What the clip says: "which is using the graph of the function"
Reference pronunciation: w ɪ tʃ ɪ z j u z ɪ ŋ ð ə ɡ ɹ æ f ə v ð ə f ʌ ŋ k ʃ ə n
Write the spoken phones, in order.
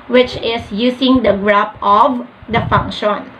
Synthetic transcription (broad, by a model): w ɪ tʃ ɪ s j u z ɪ ŋ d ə ɡ ɹ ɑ p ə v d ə f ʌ ŋ k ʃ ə n